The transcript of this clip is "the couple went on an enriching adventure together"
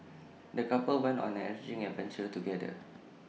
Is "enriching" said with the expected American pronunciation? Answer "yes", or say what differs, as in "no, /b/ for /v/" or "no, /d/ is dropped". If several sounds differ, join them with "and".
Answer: no, /n/ is dropped